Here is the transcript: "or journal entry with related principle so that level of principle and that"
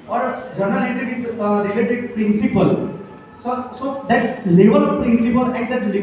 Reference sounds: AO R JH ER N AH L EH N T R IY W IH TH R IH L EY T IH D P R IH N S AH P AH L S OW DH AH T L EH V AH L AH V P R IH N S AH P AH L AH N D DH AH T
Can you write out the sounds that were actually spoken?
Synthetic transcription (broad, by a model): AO R JH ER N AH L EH T IY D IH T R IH L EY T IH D P R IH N S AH P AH L S OW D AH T L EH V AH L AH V P R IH N S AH P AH L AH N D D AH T